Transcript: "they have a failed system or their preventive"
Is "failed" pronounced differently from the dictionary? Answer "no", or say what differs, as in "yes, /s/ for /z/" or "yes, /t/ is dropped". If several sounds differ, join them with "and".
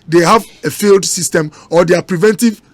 no